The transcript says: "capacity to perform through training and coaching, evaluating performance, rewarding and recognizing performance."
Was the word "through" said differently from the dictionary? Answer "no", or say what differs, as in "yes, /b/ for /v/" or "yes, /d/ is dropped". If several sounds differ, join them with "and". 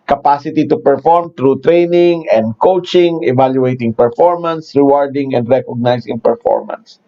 yes, /t/ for /θ/